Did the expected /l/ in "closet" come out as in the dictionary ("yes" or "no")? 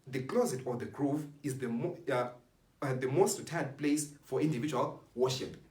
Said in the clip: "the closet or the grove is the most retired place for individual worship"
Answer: yes